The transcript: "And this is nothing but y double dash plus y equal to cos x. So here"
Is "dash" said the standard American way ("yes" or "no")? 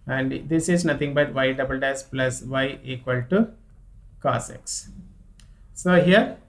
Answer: no